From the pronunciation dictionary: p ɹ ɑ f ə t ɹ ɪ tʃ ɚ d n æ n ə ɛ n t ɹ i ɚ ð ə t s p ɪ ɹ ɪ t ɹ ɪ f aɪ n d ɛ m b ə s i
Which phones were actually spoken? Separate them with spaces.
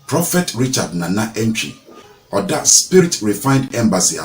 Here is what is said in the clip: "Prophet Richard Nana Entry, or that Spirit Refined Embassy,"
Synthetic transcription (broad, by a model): p ɹ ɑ f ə t ɹ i tʃ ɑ d n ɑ n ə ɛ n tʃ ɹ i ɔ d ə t s p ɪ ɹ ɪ t ɹ ɪ f aɪ n d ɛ m b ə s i